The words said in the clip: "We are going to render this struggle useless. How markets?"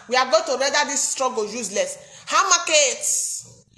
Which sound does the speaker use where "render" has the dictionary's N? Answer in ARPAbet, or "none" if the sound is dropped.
none